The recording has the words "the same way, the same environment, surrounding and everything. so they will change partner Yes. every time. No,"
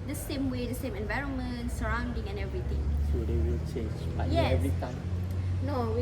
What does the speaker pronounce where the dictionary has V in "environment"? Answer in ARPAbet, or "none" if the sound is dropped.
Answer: V